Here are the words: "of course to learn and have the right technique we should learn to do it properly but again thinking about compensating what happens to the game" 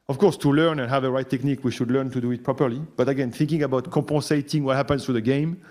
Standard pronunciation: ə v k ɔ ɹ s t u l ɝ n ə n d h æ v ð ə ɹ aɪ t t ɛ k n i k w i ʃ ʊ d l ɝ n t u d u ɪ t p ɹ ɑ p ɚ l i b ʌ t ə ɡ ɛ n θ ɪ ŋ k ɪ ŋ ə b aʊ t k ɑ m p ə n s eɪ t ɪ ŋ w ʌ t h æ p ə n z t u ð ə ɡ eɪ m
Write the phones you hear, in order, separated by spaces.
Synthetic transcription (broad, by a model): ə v k ɔ ɹ s t u l ɝ n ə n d h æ v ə ɹ aɪ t t ɛ k n i k w i ʃ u d l ɝ n t u d u ɪ t p ɹ ɑ p ɚ l i b ʌ t ə ɡ ɛ n θ ɪ ŋ k ɪ ŋ ə b aʊ t k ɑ p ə s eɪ t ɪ ŋ w ʌ t h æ p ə n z t u ð ə ɡ eɪ m